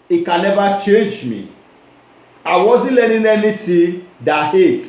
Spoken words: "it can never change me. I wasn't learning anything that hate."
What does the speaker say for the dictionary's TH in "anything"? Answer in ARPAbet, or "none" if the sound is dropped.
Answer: T